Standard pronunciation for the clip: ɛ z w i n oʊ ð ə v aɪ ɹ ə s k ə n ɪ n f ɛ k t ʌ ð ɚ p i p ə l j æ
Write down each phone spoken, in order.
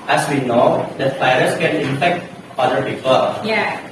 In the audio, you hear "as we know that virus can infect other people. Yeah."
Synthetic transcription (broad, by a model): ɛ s w i n oʊ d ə f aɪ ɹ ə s k ə n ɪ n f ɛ k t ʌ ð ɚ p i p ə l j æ